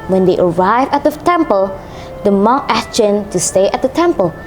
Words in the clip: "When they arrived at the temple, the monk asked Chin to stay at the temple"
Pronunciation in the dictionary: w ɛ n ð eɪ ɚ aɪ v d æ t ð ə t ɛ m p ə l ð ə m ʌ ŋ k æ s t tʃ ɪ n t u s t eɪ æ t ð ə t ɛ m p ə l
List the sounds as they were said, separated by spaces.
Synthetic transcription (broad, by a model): w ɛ n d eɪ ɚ aɪ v æ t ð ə t ɛ m p ə l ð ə m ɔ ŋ æ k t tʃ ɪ n t u s t eɪ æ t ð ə t ɛ m p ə l